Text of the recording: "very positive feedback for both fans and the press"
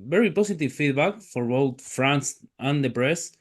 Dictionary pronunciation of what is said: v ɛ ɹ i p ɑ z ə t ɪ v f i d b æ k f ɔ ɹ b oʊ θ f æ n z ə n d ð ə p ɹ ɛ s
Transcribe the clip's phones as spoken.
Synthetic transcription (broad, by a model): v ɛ ɹ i p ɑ s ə t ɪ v f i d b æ k f ɔ ɹ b oʊ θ f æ n s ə n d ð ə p ɹ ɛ s